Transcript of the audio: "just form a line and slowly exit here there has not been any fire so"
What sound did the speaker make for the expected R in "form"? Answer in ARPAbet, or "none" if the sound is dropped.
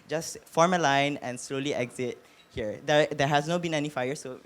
R